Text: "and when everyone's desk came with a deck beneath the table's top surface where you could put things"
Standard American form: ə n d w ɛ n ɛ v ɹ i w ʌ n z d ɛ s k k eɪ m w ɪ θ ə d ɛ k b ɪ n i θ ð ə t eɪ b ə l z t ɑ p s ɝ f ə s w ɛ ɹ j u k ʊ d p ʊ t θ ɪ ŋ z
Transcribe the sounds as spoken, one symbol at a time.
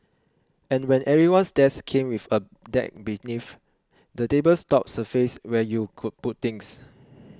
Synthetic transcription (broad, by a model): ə n w ɛ n ɛ ɹ i w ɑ n s d ɛ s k k eɪ m w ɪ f ə d ɛ k b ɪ n i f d ə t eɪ b ə l s t ɑ p s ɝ f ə s w ɛ j u k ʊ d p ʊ t t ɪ ŋ s